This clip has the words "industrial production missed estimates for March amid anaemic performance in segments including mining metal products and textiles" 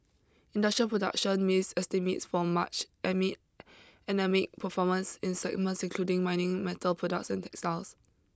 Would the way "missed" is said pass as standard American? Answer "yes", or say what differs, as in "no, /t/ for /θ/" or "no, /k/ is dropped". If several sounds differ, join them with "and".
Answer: no, /t/ is dropped